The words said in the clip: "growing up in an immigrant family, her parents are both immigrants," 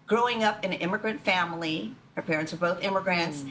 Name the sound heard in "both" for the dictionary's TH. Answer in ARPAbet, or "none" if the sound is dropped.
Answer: TH